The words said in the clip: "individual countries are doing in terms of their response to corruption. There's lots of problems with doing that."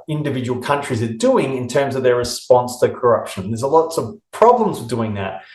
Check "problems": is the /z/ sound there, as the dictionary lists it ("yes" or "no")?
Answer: yes